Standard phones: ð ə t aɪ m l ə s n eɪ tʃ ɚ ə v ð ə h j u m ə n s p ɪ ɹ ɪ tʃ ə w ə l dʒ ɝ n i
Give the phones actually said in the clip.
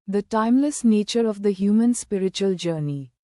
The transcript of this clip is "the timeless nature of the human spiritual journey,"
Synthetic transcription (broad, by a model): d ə t aɪ m l ə s n eɪ tʃ ɚ ə v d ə h j u m ə n s p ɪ ɹ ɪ tʃ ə ə l dʒ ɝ n i